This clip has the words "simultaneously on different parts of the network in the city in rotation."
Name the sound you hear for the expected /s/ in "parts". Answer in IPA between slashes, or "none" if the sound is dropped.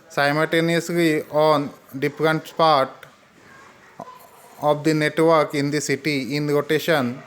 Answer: none